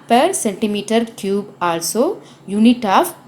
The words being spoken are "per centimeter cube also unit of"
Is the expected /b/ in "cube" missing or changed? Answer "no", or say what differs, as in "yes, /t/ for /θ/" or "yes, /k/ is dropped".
no